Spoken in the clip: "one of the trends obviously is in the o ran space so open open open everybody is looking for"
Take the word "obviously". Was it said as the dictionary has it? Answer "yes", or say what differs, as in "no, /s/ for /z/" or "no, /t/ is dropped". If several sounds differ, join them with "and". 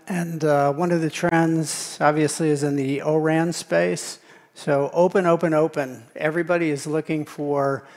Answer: yes